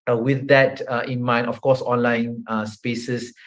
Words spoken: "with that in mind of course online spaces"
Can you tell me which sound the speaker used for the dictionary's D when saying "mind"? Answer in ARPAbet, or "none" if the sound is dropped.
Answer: none